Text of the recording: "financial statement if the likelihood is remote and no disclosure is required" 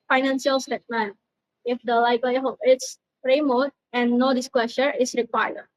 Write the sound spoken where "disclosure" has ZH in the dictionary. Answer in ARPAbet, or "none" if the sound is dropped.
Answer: SH